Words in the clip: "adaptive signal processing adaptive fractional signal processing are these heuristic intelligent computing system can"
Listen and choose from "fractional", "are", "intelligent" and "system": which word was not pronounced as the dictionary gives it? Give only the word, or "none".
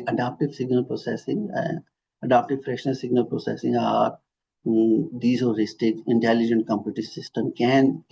fractional